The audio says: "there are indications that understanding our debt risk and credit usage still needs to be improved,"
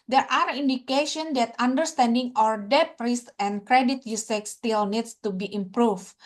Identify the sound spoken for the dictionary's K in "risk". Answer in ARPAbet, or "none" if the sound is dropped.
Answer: none